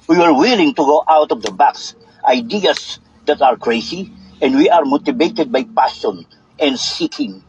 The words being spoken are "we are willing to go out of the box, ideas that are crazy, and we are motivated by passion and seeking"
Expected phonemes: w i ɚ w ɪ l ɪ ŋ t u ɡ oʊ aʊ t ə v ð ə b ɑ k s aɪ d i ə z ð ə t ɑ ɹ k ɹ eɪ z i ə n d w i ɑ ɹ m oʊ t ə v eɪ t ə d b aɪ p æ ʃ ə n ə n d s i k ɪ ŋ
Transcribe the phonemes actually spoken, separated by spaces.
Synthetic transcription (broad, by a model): w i ɚ w ɪ l ɪ ŋ t u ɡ oʊ aʊ t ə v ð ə b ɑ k s aɪ d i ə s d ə t ɑ ɹ k ɹ eɪ s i ə n d w i ɑ ɹ m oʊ t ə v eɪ t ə d b aɪ p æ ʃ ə n ə n d s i k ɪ ŋ